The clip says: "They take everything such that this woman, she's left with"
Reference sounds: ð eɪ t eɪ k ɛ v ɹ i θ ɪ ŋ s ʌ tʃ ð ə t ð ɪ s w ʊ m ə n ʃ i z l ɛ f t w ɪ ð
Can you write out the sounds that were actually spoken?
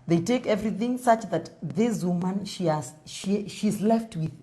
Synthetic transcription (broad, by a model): ð eɪ t eɪ k ɛ v ɹ i θ ɪ ŋ s ʌ tʃ ð ə t ð ɪ s w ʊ m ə n ʃ i z l ɛ f t w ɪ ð